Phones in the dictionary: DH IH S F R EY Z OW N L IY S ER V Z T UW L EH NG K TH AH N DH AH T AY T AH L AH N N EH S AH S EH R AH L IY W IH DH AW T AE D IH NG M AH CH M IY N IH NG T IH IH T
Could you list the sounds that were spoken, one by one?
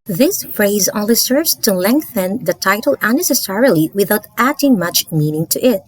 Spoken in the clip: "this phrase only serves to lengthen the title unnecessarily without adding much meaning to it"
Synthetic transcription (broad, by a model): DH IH S F R EY Z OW L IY S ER V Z T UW L EH NG K TH AH N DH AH T AY T AH L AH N N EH S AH S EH R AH L IY W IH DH AW T AE D IH NG M AH CH M IY N IH NG T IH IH T